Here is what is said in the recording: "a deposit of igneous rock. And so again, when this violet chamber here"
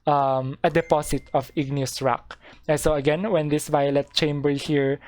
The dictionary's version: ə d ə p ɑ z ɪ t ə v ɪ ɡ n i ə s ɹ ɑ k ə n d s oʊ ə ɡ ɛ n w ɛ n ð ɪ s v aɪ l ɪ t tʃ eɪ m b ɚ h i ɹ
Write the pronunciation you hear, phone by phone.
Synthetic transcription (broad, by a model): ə d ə p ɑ s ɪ t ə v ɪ ɡ n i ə s ɹ ɑ k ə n s oʊ ə ɡ ɛ n w ɛ n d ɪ s v aɪ l ɪ t tʃ eɪ m b ɚ h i ɹ